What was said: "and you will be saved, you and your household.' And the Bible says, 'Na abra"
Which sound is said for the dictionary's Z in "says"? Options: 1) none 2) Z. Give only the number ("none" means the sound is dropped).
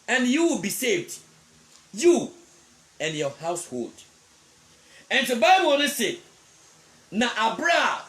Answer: 1